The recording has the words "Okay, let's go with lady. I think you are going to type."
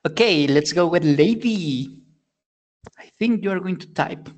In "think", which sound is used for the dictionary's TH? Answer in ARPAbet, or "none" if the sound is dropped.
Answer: TH